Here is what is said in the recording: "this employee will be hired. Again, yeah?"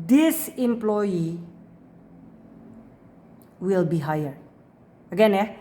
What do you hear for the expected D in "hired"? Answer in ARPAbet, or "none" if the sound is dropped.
none